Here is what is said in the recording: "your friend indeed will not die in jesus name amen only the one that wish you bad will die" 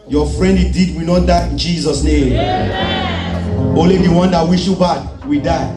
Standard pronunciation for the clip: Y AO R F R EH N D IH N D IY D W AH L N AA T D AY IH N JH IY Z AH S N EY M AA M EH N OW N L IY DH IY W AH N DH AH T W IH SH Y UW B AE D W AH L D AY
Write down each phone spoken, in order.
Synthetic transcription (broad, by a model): Y AO F R EH N D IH D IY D W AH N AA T D AY IH N JH IY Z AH S N EY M M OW L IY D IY W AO N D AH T W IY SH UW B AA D W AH D AY